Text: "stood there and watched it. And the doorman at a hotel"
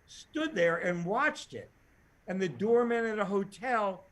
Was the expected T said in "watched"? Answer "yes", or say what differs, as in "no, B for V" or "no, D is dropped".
yes